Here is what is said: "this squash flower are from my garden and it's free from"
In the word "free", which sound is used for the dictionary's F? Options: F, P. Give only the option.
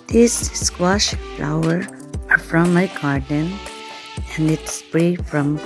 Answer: P